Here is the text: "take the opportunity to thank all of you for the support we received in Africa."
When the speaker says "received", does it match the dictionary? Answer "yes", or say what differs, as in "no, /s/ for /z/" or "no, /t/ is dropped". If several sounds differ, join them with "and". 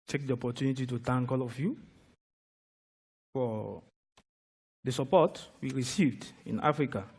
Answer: yes